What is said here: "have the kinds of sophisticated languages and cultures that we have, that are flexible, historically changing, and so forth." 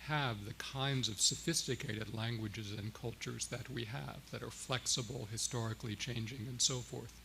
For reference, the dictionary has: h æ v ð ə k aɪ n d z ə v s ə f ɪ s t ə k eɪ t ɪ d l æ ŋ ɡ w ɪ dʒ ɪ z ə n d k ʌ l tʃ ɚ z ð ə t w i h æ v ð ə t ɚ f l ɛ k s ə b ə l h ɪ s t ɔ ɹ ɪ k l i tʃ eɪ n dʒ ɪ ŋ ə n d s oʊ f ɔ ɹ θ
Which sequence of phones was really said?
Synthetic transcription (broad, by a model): h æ v ð ə k aɪ n d z ə v s ə f ɪ s t ə k eɪ t ɪ d l æ ŋ ɡ w ɪ dʒ ɪ z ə n k ʌ l tʃ ɚ z ð ə t w i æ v ð ə t ɚ f l ɛ k s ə b l h ɪ s t ɔ ɹ ɪ k l i tʃ eɪ n dʒ ɪ ŋ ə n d s oʊ f ɔ ɹ θ